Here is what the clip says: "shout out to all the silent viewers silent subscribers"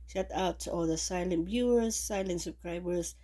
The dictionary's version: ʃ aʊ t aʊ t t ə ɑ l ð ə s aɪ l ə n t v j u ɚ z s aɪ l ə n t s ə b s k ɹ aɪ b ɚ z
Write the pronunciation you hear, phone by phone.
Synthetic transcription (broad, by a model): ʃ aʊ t aʊ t t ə ɑ l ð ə s aɪ l ə n t b j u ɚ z s aɪ l ə n t s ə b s k ɹ aɪ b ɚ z